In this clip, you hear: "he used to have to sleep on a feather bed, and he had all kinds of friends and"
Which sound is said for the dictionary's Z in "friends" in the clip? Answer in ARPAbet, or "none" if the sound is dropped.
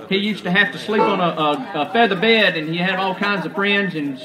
Z